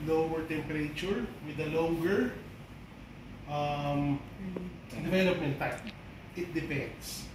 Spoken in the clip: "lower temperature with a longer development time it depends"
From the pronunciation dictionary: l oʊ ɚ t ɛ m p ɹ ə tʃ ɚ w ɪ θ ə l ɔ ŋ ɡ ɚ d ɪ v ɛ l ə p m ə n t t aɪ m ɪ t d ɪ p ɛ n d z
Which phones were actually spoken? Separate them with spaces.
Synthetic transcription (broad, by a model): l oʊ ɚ t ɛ m p ɹ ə tʃ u w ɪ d ə l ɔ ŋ ɡ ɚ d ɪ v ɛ l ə p m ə n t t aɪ ɪ t d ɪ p ɛ n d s